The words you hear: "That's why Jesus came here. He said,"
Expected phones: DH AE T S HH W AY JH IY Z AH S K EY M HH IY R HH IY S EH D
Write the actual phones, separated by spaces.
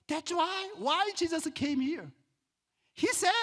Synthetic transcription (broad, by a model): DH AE T S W W AY JH IY Z AH S K EY M HH IY R HH IY S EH